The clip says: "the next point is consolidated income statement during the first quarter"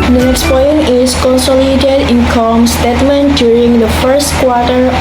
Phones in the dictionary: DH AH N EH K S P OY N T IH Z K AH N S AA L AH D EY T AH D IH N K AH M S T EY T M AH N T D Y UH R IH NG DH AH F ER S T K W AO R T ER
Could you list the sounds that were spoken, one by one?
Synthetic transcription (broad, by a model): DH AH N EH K S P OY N IH S K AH N S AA L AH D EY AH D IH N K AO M S T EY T M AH N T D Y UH R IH NG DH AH F ER S T K W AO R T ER